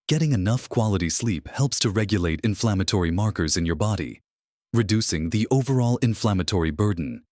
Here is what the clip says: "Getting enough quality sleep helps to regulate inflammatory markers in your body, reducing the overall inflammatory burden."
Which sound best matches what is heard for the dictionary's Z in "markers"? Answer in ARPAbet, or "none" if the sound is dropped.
Z